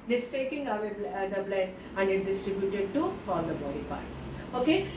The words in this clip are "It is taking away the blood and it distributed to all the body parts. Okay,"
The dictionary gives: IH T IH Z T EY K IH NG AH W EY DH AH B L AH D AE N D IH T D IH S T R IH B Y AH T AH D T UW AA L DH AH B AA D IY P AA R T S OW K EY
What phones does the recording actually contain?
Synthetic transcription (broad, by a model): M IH S T EY K IH NG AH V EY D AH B L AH AE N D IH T D IH S T R IH B Y AH T AH D T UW AA L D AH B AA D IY P AA R T S OW K EY